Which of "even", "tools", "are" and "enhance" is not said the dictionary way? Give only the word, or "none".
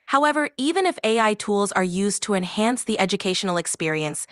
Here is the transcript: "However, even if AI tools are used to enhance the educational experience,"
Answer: none